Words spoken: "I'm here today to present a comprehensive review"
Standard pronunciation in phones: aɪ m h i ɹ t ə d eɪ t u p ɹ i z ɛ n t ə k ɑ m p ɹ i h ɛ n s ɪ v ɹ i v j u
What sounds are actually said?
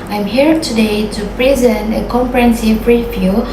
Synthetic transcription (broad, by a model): aɪ m h i ɹ t ə d eɪ t u p ɹ i z ɛ n t ə k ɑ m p ɹ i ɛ n s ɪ p ɹ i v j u